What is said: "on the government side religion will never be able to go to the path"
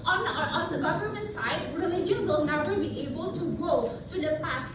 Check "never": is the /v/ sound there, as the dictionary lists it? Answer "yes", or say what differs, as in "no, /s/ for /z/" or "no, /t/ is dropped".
no, /p/ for /v/